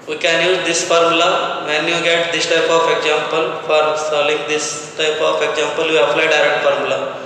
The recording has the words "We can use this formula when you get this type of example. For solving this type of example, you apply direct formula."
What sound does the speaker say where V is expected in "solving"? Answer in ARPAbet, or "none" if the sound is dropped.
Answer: none